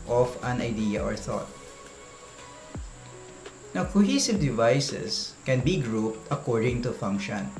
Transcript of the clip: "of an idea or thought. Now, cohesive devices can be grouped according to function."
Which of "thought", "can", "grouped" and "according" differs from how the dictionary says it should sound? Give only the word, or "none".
none